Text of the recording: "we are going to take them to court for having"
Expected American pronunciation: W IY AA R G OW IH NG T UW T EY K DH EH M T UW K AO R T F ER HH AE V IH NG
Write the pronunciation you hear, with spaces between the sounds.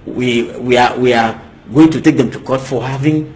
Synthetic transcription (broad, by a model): W IY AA W G OW IH NG T UW T EY K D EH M T UW K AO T F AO HH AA V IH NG